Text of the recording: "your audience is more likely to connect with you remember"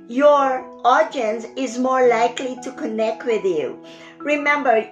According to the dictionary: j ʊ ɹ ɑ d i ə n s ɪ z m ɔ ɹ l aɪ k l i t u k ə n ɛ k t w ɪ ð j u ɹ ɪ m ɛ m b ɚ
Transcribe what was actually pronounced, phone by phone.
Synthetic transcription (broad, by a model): j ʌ ɹ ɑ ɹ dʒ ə n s ɪ z m ɔ ɹ l aɪ k l i t u k ə n ɛ k t w ɪ ð j u ɹ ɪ m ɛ m b ɚ